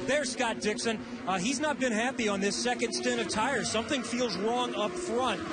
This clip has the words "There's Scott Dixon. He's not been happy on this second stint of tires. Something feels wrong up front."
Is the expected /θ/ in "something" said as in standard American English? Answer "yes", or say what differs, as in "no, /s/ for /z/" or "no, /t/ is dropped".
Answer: yes